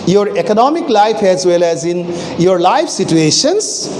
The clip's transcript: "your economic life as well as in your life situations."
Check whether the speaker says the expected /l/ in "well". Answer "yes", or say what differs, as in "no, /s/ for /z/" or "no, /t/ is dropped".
yes